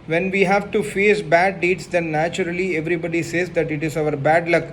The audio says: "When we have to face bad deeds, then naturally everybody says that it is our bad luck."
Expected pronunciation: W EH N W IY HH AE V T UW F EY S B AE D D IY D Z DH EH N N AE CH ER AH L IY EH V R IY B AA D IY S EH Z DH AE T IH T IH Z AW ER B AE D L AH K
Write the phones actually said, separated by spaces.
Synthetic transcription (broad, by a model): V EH N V IY HH AE V T UW F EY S B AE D D IY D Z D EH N N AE CH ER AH L IY EH V R IY B AA D IY S EH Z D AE T IH T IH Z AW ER B AE D L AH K